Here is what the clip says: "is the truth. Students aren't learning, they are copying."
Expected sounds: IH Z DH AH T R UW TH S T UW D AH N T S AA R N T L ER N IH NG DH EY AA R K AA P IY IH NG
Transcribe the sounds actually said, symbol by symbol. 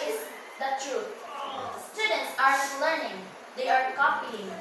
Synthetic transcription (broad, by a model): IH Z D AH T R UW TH S T UW D AH N T S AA R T L ER N IH NG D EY AA R K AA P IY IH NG